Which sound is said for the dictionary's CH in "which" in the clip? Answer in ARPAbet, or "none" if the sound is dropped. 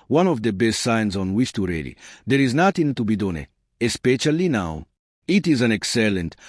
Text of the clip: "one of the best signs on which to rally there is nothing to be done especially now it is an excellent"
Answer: S